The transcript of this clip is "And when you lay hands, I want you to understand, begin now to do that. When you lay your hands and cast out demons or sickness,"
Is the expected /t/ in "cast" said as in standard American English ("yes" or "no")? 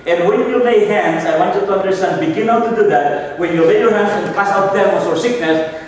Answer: no